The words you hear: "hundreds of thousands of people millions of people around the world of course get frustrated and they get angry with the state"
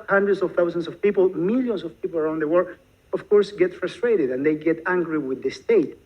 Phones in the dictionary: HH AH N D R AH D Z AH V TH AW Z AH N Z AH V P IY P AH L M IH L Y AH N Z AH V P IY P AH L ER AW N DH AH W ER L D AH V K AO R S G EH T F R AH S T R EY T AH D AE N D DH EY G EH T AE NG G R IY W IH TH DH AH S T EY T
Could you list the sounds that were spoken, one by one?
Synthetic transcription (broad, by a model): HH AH N D R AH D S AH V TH AW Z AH N S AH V P IY P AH L M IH L Y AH N S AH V P IY P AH L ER AW N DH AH W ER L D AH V K AO R S G EH T F R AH S T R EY T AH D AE N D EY G EH T AE NG G R IY W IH DH AH S T EY T